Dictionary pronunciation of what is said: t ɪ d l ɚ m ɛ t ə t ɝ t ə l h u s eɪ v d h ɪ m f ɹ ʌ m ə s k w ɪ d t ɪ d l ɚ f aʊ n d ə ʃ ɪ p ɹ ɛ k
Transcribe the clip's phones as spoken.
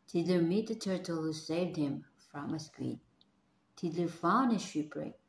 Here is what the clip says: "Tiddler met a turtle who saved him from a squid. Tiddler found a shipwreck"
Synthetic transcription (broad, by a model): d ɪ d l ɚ m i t ə t ɝ t ə l h u s eɪ v d h ɪ m f ɹ ʌ m ə s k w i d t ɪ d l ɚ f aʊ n ə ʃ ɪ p ɹ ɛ